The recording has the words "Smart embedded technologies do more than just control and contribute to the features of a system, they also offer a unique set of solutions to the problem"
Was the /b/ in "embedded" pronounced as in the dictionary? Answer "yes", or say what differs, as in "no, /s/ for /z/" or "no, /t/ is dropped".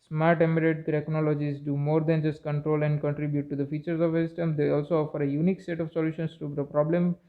no, /b/ is dropped